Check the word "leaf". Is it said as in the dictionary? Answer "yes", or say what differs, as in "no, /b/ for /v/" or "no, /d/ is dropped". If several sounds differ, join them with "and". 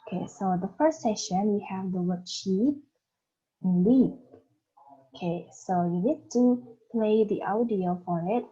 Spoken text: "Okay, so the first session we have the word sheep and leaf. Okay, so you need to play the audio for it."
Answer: no, /p/ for /f/